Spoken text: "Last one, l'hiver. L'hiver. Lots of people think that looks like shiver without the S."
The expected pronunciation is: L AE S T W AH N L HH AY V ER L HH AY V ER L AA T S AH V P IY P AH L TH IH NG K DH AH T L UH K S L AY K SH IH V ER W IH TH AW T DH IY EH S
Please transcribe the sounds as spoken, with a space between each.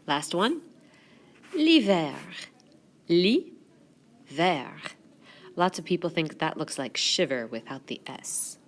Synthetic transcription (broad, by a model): L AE S T W AH N L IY V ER L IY V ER L AA T S AH V P IY P L TH IH NG K DH AH T L UH K S L AY K SH IH V ER W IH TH AW T DH IY EH S